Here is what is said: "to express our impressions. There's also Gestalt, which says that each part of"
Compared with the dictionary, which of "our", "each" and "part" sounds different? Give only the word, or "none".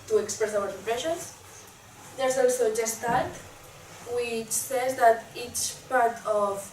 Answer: none